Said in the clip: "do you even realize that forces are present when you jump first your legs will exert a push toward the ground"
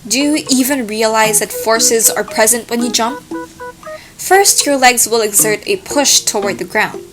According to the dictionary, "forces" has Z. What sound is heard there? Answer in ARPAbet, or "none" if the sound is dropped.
Z